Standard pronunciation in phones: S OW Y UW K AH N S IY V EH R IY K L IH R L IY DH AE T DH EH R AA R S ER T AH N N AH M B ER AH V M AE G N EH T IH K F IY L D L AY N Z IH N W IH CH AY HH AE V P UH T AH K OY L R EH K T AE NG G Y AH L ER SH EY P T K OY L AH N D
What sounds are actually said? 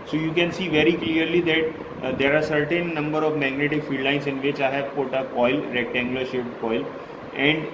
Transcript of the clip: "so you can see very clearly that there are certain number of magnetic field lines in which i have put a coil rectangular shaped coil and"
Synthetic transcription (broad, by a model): S OW Y UW K AH N S IY V EH R IY K L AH R L IY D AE T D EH R AA R S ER T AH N N AH M B ER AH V M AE G N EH T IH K F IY D L AY N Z IH N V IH CH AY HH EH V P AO T AH K OY L R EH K T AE NG G L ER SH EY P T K OY L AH N D